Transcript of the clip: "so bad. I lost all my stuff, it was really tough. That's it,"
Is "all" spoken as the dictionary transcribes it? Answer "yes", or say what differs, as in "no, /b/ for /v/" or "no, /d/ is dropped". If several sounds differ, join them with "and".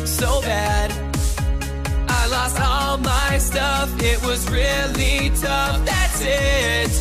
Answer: yes